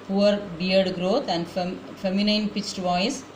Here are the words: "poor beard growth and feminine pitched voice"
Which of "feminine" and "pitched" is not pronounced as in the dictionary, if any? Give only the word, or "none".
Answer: none